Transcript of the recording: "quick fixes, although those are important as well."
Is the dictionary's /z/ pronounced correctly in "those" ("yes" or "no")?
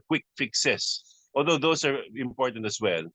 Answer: no